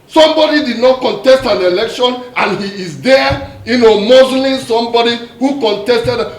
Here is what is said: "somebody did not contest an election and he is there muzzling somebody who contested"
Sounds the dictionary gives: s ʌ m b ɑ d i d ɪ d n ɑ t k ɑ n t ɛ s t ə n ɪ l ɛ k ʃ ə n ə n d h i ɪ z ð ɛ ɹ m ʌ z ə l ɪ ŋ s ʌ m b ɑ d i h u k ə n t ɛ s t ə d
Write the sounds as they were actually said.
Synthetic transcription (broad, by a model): s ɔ m b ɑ d i d ɪ d n ɑ t k ɑ n t ɛ s t ə n ɪ l ɛ k ʃ ə n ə n h i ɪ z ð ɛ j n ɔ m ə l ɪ s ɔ m b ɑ d i h u k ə n t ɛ s t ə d